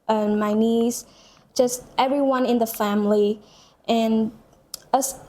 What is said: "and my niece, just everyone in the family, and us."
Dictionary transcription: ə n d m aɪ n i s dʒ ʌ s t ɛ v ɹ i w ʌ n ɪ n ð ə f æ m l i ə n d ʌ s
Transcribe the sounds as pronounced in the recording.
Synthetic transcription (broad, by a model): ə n m aɪ n i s dʒ ʌ s t ɛ v ɹ i w ʌ n ɪ n ð ə f æ m l i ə n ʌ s